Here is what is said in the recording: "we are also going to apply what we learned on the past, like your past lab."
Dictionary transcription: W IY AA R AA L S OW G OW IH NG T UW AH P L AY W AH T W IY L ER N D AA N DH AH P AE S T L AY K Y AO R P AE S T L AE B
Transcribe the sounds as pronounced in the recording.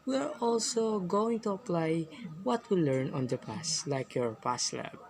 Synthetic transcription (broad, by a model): W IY AA R AA L S OW G OW IH NG T UW AH P L AY W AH T W IY L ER N AA N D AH P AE S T L AY K Y AO R P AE S L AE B